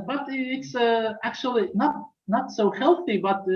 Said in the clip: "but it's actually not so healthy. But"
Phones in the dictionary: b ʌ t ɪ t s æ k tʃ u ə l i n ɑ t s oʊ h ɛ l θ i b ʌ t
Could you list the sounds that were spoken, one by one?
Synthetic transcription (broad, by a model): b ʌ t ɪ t s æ k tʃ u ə n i n ɑ t s oʊ h ɛ l θ i b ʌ t